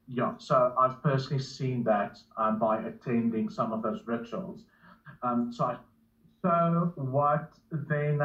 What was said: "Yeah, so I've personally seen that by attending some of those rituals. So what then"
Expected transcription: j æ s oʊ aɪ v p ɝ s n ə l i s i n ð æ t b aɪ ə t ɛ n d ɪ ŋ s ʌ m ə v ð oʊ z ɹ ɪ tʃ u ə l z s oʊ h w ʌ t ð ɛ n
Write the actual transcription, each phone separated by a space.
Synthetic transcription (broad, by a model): j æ s oʊ aɪ v p ɝ s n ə l i s i n ð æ t b aɪ ə t ɛ n d ɪ ŋ s ʌ m ə v ð oʊ z ɹ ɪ tʃ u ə l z s oʊ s w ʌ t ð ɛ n